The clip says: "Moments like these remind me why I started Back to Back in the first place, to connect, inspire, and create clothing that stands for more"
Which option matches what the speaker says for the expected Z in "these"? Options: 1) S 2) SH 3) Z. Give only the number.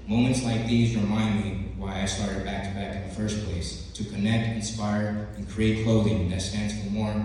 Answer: 3